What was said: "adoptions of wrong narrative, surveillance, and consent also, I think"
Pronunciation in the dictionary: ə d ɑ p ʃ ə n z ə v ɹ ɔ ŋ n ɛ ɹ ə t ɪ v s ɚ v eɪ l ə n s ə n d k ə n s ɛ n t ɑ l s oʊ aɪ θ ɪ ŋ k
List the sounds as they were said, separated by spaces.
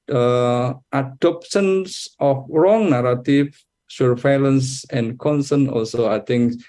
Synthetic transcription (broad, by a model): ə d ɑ p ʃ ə n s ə f ɹ ɔ ŋ n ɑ ɹ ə t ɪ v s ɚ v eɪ l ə n s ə n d k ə n s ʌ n ɑ l s oʊ aɪ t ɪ ŋ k